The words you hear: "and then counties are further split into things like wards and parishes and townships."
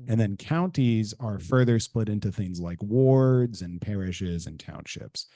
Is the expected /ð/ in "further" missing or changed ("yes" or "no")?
no